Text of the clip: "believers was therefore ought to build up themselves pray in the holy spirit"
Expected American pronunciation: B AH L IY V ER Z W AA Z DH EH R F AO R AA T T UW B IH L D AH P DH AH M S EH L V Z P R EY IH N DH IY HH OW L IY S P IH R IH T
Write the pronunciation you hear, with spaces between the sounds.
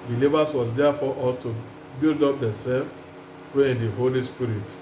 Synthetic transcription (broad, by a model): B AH L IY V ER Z W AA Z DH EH F AO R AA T T UW B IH L D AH P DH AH S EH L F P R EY IH N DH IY HH OW L IY S P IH R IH T